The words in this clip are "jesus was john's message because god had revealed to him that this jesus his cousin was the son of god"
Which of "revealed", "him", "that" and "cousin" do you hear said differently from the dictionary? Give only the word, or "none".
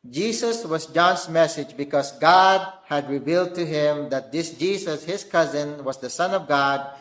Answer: none